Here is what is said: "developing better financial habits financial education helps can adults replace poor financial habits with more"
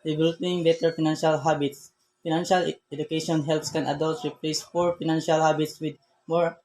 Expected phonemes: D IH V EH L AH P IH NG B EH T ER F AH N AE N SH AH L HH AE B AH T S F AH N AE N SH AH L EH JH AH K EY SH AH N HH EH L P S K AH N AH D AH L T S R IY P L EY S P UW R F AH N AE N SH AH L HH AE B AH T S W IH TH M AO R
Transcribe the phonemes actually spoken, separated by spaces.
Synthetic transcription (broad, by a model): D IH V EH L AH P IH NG B EH T ER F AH N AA N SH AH L HH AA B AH T S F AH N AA N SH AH L EH JH AH K EY SH AH N HH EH L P S K AH N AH D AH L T R IY P L EY S F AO R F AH N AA N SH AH L HH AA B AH T S W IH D M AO R